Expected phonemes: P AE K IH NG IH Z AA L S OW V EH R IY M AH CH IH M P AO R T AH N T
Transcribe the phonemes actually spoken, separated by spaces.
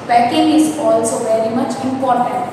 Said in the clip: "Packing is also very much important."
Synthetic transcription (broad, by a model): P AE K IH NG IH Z AA L S OW V EH R IY M AH CH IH M P AO R T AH N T